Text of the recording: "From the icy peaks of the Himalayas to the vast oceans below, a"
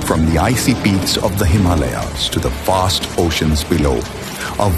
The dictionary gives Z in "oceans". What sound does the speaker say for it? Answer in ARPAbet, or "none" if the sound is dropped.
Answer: Z